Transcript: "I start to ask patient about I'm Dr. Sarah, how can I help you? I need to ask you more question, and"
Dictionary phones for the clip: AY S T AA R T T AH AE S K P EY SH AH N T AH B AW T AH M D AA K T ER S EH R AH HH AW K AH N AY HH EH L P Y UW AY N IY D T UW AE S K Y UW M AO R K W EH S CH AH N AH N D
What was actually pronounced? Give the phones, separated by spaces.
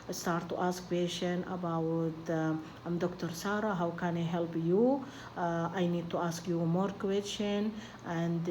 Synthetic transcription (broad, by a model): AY S T AA R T T AH S K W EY S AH N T AH B AW T AH M D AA K T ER S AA R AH HH AW K AH N AY HH EH L P Y UW AY N IY D T UW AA S K Y UW M AO R K W EH S CH AH N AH N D